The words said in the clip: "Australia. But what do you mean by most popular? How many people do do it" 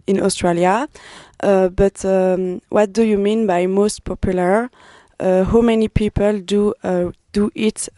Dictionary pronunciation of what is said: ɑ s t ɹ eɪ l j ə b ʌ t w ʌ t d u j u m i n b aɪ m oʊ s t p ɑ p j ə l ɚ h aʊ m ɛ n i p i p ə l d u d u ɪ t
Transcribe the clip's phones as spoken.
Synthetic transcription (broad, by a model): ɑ s t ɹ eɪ l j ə b ʌ t w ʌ t d u j u m i n b aɪ m oʊ s t p ɑ p j ə l ɚ h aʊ m ɛ n i p i p ə l d u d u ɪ t